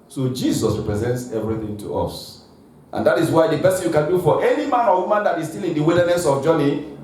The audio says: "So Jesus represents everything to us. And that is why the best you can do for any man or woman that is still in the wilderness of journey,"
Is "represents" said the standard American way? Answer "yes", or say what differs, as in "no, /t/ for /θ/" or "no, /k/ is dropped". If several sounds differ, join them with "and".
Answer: yes